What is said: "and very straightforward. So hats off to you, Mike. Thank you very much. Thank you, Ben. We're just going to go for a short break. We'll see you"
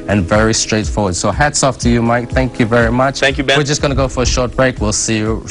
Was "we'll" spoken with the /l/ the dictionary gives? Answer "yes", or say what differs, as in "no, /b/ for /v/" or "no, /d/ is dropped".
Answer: yes